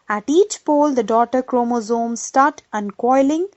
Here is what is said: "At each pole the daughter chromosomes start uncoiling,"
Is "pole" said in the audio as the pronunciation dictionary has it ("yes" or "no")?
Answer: yes